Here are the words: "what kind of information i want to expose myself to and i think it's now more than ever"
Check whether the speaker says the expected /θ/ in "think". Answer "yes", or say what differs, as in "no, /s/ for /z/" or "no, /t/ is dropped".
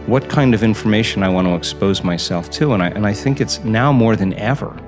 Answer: yes